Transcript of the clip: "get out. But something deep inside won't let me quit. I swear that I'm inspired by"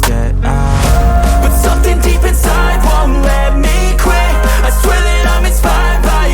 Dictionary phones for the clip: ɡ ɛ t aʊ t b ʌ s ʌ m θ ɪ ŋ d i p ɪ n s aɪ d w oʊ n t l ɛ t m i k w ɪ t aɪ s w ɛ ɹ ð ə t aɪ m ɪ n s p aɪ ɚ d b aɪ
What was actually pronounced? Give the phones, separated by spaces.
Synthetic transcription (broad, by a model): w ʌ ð s ʌ m θ ɪ ŋ d i p ɪ n s aɪ d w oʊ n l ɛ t m i k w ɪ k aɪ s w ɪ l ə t aɪ m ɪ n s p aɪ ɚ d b aɪ